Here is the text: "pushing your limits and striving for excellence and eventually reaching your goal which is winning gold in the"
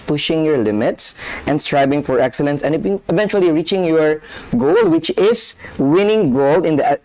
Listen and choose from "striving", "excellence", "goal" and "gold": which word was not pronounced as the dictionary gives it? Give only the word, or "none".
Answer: striving